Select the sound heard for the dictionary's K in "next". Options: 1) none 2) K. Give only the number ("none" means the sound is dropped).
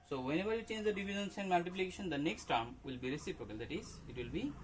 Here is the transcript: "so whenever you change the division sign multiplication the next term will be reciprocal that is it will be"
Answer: 2